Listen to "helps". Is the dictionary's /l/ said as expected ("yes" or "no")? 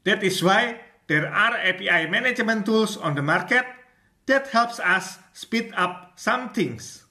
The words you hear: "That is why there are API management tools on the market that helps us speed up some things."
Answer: yes